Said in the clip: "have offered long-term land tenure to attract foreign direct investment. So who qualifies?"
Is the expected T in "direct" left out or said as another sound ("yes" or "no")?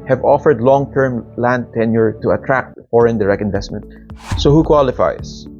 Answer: yes